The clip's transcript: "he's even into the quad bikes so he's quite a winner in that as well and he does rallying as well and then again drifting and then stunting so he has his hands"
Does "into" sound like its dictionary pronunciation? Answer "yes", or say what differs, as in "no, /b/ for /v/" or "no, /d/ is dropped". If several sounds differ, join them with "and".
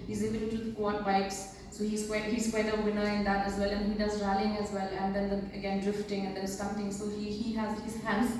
no, /n/ is dropped